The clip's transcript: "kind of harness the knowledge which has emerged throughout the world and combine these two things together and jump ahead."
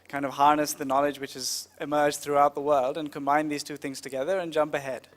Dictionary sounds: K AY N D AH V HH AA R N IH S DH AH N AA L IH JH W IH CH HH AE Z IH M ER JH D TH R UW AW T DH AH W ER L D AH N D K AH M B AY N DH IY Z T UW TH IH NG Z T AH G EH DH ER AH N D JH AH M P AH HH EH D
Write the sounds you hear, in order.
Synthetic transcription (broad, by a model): K AY N D AH V HH AA R N IH S DH AH N AA L IH JH W IH CH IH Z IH M ER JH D TH R UW AW T DH AH W ER L D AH N K AH M B AY N DH IY Z T UW TH IH NG Z T AH G EH DH ER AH N JH AH M P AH HH EH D